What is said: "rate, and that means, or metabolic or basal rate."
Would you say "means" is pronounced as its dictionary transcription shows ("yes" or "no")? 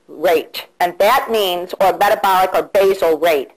yes